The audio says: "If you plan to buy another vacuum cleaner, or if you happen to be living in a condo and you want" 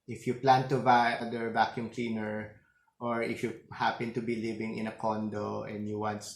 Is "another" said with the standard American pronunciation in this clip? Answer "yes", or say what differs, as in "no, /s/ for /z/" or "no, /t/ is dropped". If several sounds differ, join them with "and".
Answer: no, /n/ is dropped